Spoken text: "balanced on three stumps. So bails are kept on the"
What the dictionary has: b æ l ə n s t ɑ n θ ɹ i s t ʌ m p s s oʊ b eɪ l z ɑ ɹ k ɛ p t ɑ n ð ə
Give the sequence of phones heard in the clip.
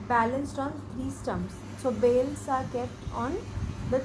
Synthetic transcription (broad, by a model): b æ l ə n s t ɑ n t ɹ i s t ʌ m s s oʊ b eɪ l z ɑ ɹ k ɛ p t ɑ n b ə